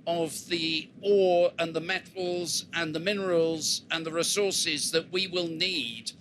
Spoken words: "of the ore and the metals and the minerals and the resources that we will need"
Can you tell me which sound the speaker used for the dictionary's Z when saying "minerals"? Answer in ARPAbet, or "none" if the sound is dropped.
Z